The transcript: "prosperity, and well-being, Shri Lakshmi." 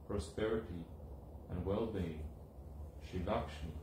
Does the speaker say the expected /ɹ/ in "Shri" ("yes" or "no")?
no